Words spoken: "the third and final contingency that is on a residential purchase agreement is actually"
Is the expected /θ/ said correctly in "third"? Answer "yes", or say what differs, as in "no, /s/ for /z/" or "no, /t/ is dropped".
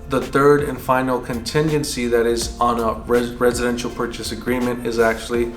yes